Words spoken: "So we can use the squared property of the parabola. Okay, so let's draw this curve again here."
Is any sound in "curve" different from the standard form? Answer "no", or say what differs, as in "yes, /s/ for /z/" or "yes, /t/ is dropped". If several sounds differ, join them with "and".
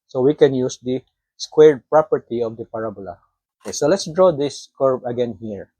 yes, /b/ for /v/